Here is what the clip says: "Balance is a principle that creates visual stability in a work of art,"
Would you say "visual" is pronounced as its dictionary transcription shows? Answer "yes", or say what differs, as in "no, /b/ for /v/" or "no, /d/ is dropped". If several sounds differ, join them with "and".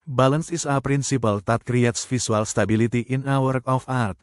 no, /f/ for /v/ and /s/ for /ʒ/